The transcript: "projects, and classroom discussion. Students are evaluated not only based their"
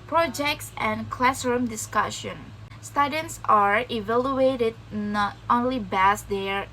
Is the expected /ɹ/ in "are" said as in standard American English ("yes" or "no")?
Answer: yes